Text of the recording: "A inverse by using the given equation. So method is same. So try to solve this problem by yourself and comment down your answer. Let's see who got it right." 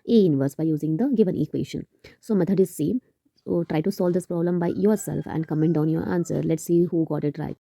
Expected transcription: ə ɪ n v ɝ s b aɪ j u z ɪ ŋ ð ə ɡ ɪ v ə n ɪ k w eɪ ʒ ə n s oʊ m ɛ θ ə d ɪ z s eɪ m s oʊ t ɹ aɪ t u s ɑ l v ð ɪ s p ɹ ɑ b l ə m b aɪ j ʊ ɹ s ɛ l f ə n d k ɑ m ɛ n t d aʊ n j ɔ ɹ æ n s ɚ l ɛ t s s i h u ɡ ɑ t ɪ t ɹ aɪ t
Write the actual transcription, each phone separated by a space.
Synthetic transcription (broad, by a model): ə ɪ n v ɝ s b aɪ j u z ɪ ŋ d ə ɡ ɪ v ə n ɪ k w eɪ ʃ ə n s oʊ m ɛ t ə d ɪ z s eɪ m t ɹ aɪ t u s ɑ l v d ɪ s p ɹ ɑ b l ə m b aɪ j ʊ ɹ s ɛ l f ə n d k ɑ m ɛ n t d aʊ n j ɔ ɹ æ n s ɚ l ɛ t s s i h u ɡ ɑ t ɪ t ɹ aɪ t